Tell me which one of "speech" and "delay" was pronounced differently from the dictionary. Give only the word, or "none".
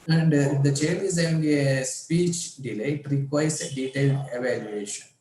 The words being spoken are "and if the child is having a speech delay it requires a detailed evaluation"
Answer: none